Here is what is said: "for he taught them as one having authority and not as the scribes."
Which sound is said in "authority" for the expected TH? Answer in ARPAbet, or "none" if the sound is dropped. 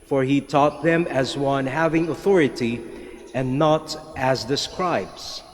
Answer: TH